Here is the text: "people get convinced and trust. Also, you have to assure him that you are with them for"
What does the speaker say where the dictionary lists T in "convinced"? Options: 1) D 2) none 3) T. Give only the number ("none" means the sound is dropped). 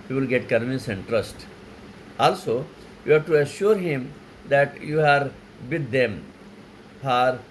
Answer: 2